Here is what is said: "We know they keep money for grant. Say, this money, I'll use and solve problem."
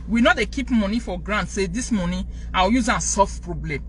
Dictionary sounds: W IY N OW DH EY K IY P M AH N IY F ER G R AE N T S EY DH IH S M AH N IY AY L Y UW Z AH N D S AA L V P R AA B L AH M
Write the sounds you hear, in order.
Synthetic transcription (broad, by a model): W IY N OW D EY K IY P M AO N IY F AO G R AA N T S EY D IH S M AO N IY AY W Y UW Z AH N S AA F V P R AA B L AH M